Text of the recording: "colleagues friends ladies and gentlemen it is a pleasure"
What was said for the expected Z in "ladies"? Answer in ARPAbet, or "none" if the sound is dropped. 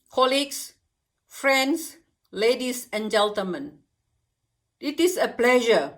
S